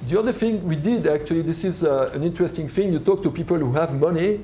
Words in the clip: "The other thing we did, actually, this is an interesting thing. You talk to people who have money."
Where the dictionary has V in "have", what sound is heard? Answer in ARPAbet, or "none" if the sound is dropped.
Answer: V